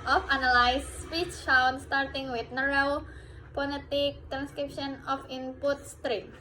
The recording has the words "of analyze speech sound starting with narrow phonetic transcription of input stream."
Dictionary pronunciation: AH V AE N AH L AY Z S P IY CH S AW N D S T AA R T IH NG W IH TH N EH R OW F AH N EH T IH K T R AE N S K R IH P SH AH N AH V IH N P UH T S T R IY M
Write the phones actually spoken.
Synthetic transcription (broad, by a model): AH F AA N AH L AY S S P IY CH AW N S T AA R T IH NG W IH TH N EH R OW P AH L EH T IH K T R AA N S K R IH P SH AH N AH F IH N P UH T S T R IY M